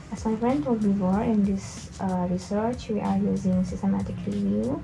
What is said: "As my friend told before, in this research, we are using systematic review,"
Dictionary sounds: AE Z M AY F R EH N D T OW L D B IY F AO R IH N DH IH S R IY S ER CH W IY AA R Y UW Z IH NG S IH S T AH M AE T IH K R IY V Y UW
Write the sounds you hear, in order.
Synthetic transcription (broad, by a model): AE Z M AY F R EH N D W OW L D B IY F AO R IH N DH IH S R IY S ER CH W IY AA R Y UW Z IH NG S IH S T AH M AE T IH K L IY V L